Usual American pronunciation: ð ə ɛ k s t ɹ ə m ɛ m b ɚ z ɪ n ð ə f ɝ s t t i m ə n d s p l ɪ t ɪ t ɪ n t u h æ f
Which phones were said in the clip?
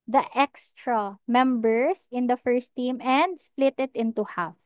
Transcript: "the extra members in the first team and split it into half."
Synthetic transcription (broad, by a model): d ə ɛ k s t ɹ ə m ɛ m b ɚ s ɪ n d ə f ɝ s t t i m ə n d s p l ɪ t ɪ t ɪ n t u h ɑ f